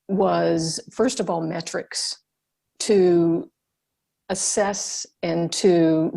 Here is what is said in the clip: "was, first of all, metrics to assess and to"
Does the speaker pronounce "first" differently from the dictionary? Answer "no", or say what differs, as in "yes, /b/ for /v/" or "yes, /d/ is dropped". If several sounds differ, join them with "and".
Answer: no